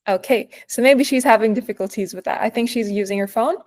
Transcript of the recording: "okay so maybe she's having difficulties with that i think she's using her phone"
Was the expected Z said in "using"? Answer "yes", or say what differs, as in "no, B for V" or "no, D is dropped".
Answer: yes